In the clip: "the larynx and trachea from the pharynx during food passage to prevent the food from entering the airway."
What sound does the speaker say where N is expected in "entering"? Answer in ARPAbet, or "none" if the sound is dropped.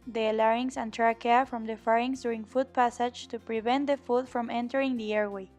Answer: N